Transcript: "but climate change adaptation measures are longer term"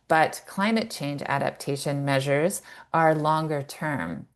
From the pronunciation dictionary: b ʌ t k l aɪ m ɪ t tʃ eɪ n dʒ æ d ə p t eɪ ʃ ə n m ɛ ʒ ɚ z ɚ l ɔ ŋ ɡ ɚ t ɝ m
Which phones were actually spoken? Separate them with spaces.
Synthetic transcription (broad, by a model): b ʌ t k l aɪ m ɪ t tʃ eɪ n dʒ æ d ə p t eɪ ʃ ə n m ɛ ʒ ɚ z ɚ l ɔ ŋ ɡ ɚ t ɝ m